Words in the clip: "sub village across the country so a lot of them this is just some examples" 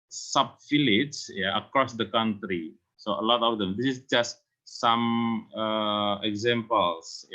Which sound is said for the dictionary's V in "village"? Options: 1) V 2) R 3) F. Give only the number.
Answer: 3